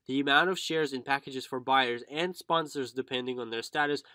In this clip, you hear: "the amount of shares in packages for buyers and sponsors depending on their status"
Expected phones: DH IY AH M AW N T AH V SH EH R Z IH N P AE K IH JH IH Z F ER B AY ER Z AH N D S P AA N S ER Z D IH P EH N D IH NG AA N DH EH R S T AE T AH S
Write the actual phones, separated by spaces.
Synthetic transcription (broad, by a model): DH IY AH M AW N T AH V SH EH R Z IH N P AE K IH JH IH Z F ER B AY ER Z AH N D S P AA N S ER Z D IH P EH N D IH NG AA N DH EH R S T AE T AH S